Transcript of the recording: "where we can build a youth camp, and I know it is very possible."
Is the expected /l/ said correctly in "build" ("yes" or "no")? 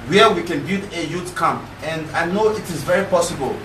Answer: no